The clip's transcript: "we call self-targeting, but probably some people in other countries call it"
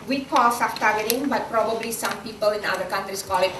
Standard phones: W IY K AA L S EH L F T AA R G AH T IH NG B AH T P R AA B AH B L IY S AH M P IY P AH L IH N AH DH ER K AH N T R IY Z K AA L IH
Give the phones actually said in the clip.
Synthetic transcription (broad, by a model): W IY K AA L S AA F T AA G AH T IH NG B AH T P R AA B AH B L IY S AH M P IY P AH L IH N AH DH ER K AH N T R IY S K AA L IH